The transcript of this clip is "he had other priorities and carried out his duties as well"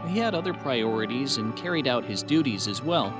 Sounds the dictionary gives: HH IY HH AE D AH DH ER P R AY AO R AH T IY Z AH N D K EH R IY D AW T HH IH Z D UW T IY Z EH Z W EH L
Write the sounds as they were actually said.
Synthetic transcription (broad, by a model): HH IY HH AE D AH DH ER P R AY AO R AH T IY Z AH N K EH R IY D AW T HH IH Z D UW T IY Z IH Z W EH L